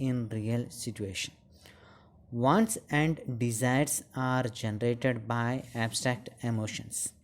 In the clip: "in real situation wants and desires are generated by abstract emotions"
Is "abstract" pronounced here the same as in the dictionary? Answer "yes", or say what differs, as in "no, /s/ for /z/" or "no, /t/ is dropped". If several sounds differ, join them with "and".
yes